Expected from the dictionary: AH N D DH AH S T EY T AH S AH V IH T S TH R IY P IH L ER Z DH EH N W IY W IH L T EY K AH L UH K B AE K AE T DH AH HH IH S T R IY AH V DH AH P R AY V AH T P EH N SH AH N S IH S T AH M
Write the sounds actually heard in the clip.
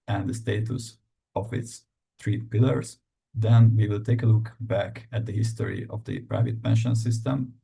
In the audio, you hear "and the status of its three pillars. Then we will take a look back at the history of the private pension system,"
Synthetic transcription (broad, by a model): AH N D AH S T EY T AH S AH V IH T S T R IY P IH L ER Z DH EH N W IY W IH L T EY K AH L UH K B AE K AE T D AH HH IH S T R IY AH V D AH P R AY V AH T P EH N SH AH N S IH S T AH M